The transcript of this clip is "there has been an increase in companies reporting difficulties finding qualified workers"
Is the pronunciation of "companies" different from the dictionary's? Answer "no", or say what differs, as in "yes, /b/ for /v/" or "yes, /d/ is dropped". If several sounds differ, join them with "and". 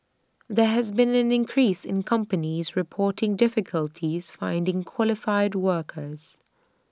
no